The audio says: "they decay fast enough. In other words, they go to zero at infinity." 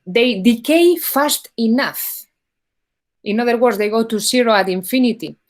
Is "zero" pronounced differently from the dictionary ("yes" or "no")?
yes